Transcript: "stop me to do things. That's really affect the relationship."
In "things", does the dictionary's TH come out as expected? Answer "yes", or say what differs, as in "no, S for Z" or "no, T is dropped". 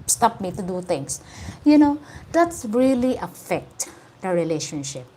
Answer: no, T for TH